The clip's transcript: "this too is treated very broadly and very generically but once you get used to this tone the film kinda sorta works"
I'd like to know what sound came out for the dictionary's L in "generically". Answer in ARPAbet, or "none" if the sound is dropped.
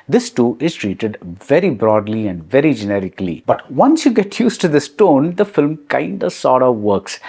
L